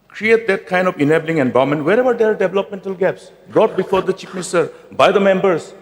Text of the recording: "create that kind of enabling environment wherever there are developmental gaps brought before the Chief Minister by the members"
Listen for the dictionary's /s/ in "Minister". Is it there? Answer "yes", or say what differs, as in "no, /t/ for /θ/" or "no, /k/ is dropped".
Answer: no, /s/ is dropped